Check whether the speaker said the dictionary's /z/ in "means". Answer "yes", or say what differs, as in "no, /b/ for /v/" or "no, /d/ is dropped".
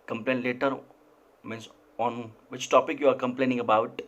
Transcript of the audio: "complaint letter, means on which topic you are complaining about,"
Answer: no, /s/ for /z/